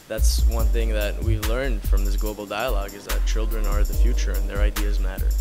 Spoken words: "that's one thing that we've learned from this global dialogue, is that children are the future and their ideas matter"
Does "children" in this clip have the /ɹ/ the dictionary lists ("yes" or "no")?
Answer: yes